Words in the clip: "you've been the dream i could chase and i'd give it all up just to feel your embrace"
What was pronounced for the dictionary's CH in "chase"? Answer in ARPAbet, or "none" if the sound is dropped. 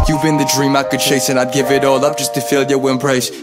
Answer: SH